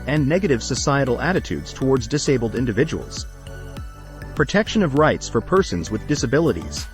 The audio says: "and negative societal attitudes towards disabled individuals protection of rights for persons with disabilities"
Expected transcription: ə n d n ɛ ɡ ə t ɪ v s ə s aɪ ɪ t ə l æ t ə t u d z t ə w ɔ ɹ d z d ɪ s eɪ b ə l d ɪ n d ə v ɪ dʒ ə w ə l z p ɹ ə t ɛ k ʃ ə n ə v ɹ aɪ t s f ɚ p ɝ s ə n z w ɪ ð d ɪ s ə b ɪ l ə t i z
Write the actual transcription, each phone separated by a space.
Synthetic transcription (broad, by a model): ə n n ɛ ɡ ə t ɪ v s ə s aɪ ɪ t l æ t ə t u d z t ə w ɔ ɹ d z d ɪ s eɪ b l d ɪ n d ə v ɪ dʒ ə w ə l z p ɹ ə t ɛ k ʃ ə n ə v ɹ aɪ t s f ɚ p ɝ s ə n z w ɪ ð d ɪ s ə b ɪ l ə t i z